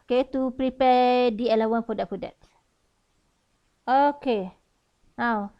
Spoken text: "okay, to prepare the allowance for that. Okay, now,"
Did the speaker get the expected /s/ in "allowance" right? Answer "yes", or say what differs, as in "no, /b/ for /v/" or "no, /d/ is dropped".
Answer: no, /s/ is dropped